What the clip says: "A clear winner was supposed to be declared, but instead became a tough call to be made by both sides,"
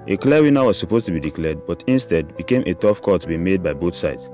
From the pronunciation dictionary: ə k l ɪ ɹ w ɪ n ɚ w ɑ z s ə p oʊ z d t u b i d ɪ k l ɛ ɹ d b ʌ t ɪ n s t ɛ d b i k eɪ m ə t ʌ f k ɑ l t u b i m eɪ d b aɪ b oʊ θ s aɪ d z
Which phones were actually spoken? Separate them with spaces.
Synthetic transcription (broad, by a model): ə k l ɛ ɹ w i n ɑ w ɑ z s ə p oʊ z t u b i d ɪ k l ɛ d b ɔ t ɪ n s t ɛ d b i k eɪ m ə t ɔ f k ɑ t u b i m eɪ d b aɪ b oʊ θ s aɪ d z